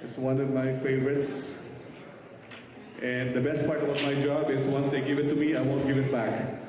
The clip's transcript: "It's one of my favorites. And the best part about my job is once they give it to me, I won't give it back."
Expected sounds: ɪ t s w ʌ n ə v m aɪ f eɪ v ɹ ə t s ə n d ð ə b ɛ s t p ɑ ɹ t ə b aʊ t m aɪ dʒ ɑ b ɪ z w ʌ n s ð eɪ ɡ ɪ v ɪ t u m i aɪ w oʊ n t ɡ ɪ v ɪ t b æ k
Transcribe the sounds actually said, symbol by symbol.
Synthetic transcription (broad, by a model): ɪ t s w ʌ n ə v m aɪ f eɪ v ɹ ə t s ə n d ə b ɛ s t p ɑ ɹ t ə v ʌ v m aɪ dʒ ɑ b ɪ z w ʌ n s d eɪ ɡ ɪ v ɪ t u m i aɪ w oʊ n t ɡ ɪ v ɪ t b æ k